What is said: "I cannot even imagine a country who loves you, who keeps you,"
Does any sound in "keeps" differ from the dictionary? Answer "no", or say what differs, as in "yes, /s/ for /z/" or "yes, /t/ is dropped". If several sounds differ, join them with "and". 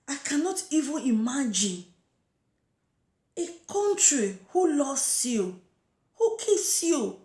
yes, /p/ is dropped